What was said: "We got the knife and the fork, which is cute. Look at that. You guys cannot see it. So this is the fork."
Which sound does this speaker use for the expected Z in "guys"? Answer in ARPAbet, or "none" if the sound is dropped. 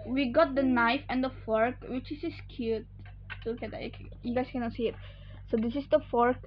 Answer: S